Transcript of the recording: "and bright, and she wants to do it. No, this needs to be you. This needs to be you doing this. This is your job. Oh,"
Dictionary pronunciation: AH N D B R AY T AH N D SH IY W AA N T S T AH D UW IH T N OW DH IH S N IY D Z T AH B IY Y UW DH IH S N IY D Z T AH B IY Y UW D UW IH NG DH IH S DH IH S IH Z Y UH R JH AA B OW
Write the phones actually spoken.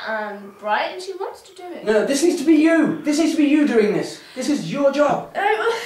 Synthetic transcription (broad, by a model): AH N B R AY AH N SH IY W AA N T S T AH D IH IH T N OW DH IH S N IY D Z T AH B IY Y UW DH IH S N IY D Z T AH B IY Y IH D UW IH NG DH IH S DH IH S IH Z Y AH R JH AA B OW